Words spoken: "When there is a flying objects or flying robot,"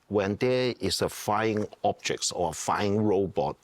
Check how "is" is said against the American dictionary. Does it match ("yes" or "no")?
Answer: no